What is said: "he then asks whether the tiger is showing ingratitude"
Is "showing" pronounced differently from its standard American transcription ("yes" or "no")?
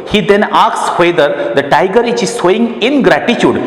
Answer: yes